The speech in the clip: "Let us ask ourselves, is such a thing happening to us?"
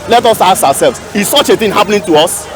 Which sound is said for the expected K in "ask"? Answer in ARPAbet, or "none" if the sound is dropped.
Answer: none